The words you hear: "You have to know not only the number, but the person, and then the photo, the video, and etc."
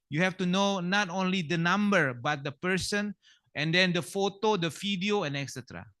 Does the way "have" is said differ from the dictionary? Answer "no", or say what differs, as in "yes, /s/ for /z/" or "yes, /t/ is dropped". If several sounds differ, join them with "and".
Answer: yes, /f/ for /v/